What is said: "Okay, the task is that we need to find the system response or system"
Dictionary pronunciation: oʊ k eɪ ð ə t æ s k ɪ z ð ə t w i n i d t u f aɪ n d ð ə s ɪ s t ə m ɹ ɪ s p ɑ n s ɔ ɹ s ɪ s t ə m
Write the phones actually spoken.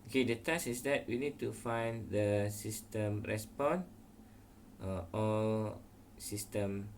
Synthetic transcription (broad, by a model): oʊ k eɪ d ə t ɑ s ɪ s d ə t w i n i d t u f aɪ n d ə s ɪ s t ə m ɹ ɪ s p ɑ n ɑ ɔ l s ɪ s t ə m